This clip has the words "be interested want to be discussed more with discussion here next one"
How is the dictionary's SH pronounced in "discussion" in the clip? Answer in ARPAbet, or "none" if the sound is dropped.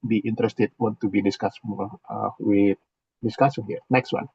S